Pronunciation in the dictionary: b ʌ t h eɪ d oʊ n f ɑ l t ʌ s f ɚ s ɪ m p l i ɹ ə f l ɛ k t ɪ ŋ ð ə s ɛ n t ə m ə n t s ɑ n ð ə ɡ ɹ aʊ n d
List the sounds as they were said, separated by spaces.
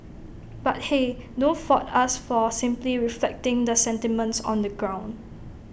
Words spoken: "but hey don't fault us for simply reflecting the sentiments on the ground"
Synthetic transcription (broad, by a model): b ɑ t h eɪ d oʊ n f ɑ t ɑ s f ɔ s ɪ m p l i ɹ ə f l ɛ k t ɪ ŋ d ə s ɛ n t ə m ə n t s ɑ n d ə ɡ ɹ aʊ n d